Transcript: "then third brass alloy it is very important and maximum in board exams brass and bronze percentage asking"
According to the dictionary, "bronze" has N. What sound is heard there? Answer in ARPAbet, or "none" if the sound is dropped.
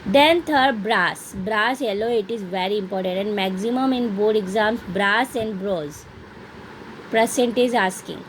none